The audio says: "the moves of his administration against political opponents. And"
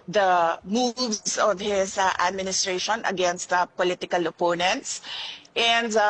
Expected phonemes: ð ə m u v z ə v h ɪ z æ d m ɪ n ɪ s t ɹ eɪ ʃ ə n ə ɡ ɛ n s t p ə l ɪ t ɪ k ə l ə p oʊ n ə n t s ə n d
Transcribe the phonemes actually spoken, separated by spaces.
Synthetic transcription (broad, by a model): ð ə m u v s ə v h ɪ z æ d m ɪ n ɪ s t ɹ eɪ ʃ ə n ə ɡ ɛ n s t p ə l ɪ t ɪ k ə l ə p oʊ n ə n t s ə n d